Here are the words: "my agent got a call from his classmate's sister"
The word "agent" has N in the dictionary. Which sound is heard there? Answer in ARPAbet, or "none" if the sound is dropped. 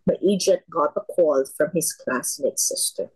none